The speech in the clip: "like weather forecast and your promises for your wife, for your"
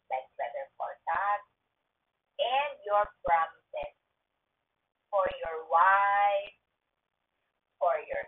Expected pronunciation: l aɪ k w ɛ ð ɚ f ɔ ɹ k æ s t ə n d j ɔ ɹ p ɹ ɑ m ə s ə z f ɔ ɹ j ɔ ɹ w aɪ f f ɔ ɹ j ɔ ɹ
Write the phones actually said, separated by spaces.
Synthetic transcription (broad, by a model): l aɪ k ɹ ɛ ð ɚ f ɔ ɹ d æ t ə n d j ɔ ɹ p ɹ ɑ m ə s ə s f ɔ ɹ j ɔ ɹ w aɪ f f ɔ ɹ j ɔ ɹ